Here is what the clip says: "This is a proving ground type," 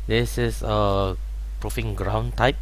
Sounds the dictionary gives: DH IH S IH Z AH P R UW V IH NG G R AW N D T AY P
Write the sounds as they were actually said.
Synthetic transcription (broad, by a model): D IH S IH S AH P R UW F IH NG G R AW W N T AY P